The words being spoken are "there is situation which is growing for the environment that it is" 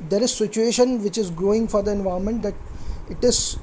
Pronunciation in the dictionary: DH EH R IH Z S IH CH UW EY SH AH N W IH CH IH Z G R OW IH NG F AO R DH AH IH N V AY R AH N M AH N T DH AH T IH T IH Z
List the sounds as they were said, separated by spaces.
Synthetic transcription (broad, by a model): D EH R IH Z S IH CH UW EY SH AH N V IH CH IH Z G R OW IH NG F AO R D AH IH N V AY AH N M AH N T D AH T IH T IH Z